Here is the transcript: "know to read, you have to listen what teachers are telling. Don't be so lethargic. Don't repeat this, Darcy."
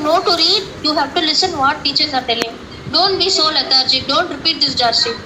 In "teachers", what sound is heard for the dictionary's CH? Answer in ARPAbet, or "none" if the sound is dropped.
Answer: CH